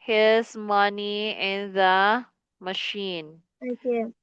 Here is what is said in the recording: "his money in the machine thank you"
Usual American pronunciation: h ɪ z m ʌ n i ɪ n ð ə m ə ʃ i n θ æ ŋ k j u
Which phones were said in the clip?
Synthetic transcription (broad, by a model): h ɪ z m ʌ n i ɪ n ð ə m ə ʃ i n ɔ k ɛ